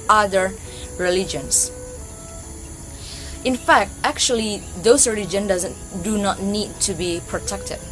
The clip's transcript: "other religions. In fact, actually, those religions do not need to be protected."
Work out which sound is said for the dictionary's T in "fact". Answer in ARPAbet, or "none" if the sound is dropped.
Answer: T